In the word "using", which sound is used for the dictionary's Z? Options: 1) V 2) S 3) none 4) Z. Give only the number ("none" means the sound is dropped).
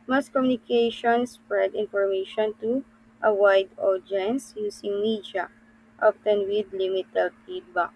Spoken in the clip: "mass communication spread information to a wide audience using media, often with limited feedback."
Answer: 2